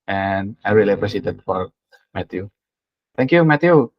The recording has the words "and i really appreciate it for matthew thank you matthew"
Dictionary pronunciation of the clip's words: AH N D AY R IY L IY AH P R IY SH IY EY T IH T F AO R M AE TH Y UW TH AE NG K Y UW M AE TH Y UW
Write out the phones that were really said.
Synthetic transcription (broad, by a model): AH N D AY R IY L IY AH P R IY S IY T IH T F AO R M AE T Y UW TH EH NG K Y UW M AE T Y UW